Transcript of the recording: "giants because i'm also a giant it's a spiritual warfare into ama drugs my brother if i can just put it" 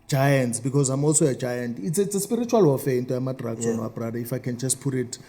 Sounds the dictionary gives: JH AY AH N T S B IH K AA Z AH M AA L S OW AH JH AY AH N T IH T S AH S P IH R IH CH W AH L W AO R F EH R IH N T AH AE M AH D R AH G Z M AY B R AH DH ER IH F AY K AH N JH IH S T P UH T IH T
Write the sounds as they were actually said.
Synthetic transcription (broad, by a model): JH AY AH N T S B IH K AA Z AH M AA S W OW AH JH AY AH N T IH S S AH S P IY R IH CH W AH L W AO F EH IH N T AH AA M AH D R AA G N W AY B R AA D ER IH F AY K AH N JH IH S T P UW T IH T